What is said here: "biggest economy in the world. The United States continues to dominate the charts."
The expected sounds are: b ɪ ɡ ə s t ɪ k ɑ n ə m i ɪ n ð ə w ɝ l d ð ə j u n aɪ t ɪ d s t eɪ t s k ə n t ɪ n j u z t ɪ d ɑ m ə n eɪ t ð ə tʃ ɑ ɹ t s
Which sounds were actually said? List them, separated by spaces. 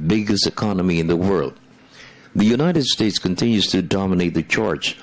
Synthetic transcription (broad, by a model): b ɪ ɡ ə s t ɪ k ɑ n ə m i ɪ n ð ə w ɝ l d ð ə j u n aɪ t ɪ d s t eɪ t s k ə n t ɪ n j u z t ɪ d ɑ m ə n eɪ t ð ə tʃ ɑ ɹ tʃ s